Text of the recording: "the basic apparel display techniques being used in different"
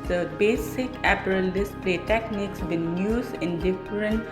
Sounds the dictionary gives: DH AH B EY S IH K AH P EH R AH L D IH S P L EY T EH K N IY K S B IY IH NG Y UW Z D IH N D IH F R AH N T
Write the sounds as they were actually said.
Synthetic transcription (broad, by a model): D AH B EY S IH K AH P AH R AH L D IH S P L EY T EH K N IY K S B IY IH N Y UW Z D IH N D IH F R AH N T